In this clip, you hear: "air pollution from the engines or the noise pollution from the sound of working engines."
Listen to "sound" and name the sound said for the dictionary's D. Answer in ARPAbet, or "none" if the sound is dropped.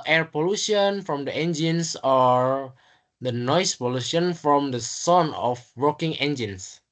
none